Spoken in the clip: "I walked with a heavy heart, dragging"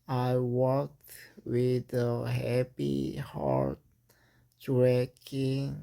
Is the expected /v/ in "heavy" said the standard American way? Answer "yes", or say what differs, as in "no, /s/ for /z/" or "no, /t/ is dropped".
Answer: no, /p/ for /v/